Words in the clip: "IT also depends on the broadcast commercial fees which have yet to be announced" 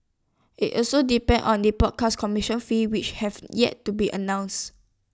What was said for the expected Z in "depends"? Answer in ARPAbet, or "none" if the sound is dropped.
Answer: none